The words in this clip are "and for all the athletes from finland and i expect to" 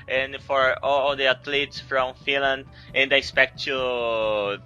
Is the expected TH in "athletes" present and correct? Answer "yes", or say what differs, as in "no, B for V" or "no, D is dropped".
no, T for TH